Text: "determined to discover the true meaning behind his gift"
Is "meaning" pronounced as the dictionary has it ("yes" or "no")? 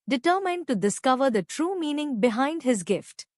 yes